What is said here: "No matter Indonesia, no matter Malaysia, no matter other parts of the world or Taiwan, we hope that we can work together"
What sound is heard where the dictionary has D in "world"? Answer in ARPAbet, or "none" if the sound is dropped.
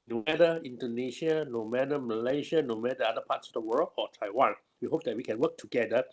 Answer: none